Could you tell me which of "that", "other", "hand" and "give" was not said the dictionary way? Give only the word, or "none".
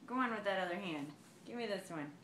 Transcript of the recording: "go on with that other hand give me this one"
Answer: none